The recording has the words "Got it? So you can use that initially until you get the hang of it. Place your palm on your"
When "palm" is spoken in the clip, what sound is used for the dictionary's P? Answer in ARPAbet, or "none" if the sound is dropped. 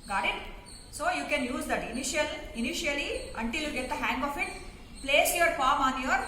F